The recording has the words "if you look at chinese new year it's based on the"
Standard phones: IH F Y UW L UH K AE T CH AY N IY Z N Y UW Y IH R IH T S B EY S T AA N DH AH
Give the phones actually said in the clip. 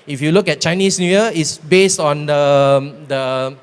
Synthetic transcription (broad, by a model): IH F Y UW L UH K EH T CH AY N IY S N Y UW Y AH IH T S B EY S T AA N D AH